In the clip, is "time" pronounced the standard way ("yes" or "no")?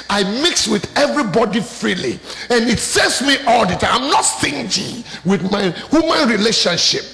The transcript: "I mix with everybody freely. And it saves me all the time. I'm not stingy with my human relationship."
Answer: no